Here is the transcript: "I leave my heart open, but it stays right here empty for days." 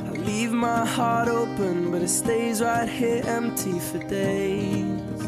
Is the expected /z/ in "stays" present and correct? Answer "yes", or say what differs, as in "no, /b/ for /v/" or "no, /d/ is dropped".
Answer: yes